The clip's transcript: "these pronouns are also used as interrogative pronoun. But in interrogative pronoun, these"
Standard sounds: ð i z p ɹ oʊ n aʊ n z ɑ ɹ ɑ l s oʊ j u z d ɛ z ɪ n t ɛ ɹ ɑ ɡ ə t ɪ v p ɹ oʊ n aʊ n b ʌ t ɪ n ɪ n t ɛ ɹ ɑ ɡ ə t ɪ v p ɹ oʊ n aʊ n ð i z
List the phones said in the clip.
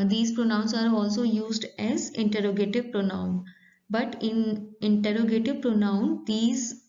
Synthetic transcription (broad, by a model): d i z p ɹ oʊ n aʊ n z ɑ ɹ ɑ l s oʊ j u z d ɛ z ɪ n t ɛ ɹ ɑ ɡ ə t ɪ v p ɹ oʊ n aʊ n b ʌ t ɪ n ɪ n t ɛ ɹ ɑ ɡ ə t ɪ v p ɹ oʊ n aʊ n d i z